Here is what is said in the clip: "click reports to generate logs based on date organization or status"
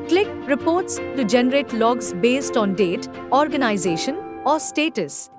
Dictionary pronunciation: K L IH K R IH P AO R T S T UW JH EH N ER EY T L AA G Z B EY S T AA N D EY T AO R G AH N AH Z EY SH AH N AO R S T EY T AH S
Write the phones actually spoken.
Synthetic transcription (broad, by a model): K L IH K R IH P AO R T S T UW JH EH N ER EY T L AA G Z B EY S T AA N D EY T AO R G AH N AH Z EY SH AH N AO R S T EY T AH S